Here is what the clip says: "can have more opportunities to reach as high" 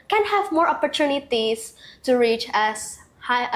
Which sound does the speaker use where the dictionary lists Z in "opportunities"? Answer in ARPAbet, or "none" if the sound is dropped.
S